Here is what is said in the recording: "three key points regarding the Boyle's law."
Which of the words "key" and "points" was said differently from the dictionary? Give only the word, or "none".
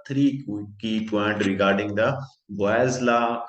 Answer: points